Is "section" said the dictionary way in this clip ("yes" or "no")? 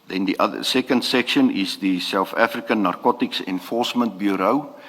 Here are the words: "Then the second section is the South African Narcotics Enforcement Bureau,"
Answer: yes